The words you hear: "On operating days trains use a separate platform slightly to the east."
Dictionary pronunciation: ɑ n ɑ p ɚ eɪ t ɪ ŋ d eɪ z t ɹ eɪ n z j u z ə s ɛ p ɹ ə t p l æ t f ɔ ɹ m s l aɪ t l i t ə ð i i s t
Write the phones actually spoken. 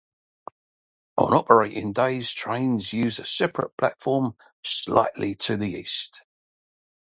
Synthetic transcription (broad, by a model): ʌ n ɑ p ɚ eɪ t ɪ ŋ d eɪ z t ɹ eɪ n z j u z ə s ɛ p ɹ ə t p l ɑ t f ɔ m s l aɪ t l i t ə ð i i s t